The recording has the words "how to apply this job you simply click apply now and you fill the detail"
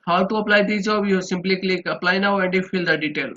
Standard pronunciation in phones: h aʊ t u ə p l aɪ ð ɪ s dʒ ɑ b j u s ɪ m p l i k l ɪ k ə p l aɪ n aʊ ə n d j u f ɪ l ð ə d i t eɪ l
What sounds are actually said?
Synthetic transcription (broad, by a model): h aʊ t u ə p l aɪ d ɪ dʒ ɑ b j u s ɪ m p l i k l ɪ k ə p l aɪ n aʊ ə n d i f ɪ l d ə d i t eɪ l